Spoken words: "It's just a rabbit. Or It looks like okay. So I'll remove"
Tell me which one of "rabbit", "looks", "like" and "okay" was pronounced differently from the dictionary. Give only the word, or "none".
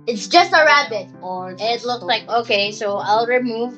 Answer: none